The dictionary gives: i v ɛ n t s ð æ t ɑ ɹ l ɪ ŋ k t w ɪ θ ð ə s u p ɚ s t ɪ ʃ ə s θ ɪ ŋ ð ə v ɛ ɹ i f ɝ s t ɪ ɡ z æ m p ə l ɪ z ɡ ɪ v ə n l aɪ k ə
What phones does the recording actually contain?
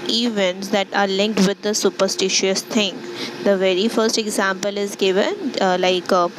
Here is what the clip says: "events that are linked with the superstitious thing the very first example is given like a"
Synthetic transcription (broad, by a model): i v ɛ n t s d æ t ɑ ɹ l ɪ ŋ k t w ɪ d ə s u p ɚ s t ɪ ʃ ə s t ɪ ŋ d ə v ɛ ɹ i f ɝ s t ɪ ɡ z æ m p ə l ɪ z ɡ ɪ v ə n l aɪ k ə